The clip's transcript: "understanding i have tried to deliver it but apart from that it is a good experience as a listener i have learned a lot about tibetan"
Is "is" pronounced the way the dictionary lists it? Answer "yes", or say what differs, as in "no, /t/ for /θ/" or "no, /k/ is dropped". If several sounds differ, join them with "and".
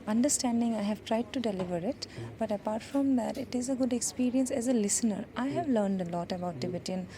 yes